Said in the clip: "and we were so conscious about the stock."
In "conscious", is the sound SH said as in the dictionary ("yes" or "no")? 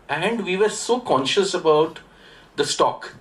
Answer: yes